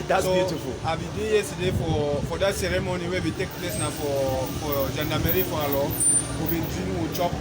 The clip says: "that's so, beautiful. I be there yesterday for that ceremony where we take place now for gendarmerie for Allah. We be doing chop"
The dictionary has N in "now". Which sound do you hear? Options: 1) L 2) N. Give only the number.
2